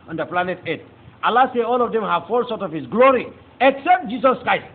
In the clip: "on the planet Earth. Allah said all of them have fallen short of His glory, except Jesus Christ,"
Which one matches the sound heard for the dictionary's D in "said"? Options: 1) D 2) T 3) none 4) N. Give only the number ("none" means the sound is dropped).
3